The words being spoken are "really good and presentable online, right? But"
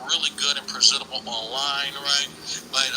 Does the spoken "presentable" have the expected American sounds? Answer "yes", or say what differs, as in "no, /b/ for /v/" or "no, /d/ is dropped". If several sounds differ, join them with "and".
no, /n/ is dropped